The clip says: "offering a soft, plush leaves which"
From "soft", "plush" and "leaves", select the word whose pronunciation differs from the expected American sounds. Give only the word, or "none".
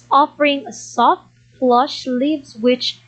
plush